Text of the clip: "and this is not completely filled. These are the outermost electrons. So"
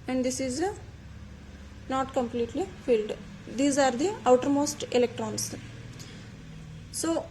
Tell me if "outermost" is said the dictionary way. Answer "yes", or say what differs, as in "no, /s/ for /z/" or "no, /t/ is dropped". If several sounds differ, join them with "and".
yes